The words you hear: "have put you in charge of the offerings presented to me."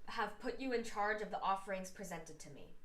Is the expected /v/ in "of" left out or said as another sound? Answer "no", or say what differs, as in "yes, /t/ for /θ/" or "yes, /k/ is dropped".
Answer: no